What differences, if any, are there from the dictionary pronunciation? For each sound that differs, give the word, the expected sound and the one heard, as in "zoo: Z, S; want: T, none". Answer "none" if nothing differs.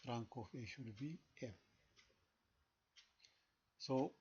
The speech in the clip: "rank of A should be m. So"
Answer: of: V, F